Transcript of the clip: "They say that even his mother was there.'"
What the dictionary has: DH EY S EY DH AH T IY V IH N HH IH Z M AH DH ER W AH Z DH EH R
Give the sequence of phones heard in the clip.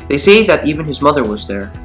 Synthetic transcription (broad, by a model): DH EY S EY DH AH T IY V IH N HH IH Z M AH DH ER W AH Z DH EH R